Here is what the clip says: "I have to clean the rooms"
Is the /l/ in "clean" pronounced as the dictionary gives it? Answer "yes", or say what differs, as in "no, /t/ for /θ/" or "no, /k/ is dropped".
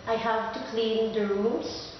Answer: yes